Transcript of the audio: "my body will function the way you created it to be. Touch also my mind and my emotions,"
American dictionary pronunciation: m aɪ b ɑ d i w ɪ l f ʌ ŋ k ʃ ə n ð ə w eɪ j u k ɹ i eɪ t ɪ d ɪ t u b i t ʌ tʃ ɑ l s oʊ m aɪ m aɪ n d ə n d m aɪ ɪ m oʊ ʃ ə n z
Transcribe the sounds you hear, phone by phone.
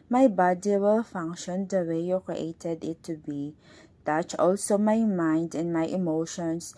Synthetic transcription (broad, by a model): m aɪ b ɑ d i w ɪ l f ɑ ŋ k ʃ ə n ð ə w eɪ j u k ɹ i eɪ t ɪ d ɪ t u b i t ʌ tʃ ɑ l s oʊ m aɪ m aɪ n d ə n m aɪ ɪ m oʊ ʃ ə n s